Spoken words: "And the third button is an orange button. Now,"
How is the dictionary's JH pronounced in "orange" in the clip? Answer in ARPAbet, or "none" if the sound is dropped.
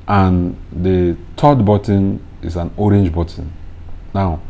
JH